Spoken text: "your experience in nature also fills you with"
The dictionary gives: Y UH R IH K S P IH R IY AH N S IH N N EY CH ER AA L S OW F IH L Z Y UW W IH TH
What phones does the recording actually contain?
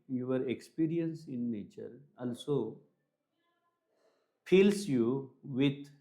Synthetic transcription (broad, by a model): Y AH R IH K S P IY R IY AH N S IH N N EY CH ER AA L S OW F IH L S Y UW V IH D